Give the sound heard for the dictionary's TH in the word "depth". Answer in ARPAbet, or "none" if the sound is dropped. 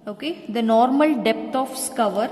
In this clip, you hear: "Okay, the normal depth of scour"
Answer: T